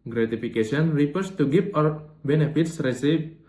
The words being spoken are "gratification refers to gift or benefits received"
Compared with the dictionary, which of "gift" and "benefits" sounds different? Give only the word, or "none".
gift